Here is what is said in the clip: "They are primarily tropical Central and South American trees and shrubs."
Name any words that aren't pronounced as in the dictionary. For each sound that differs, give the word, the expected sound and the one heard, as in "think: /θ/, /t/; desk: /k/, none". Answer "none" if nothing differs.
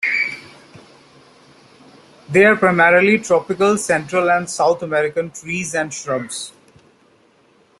south: /θ/, /t/